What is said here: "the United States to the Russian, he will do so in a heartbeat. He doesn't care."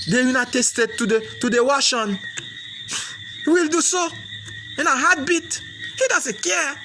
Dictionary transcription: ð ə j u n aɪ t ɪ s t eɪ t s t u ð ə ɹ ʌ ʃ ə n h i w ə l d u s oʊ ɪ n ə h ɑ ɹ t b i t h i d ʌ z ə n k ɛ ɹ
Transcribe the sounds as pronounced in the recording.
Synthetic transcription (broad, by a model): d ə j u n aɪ t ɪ s t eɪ t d t u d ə w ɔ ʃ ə n h i w ə l d u s oʊ ɪ n ə h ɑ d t b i t h i d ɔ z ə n k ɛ